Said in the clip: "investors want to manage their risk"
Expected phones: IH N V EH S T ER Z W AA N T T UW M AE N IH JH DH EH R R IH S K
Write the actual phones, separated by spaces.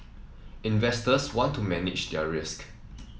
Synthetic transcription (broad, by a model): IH N V EH S T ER S W AA N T T UW M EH N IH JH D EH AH R IH S K